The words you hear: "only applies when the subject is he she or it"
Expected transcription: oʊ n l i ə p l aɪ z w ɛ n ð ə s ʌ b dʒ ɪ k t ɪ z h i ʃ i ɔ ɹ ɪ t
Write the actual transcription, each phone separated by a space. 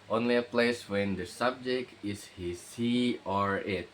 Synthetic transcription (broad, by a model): oʊ n l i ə p l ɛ s w ɛ n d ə s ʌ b dʒ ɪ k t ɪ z h i s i ɔ ɹ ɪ t